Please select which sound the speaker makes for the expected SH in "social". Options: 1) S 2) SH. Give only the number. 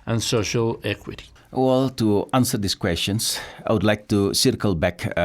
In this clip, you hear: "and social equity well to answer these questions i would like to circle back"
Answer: 2